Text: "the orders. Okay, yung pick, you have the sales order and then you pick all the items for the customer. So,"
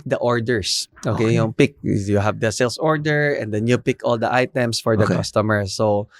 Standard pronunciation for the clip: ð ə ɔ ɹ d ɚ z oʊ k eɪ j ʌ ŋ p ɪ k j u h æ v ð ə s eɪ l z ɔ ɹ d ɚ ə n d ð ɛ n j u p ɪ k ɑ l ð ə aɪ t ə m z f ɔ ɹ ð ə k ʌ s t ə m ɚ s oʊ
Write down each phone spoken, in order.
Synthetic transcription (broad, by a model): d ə ɔ ɹ d ɚ s oʊ k eɪ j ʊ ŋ p ɪ k j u h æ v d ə s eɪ l s ɔ ɹ d ɚ ə n d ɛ n j u p ɪ k ɑ l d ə aɪ t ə m s f ɔ ɹ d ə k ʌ s t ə m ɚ s oʊ